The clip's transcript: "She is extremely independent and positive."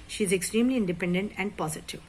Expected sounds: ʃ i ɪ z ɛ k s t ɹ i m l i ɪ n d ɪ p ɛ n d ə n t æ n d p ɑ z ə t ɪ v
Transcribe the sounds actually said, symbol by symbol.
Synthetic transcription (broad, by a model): ʃ i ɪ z ɛ k s t ɹ i m l i ɪ n d ɪ p ɛ n d ə n t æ n d p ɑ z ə t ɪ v